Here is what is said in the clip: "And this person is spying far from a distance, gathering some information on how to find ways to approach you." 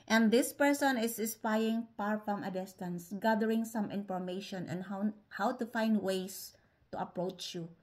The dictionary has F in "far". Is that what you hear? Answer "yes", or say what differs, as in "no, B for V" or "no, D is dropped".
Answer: no, P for F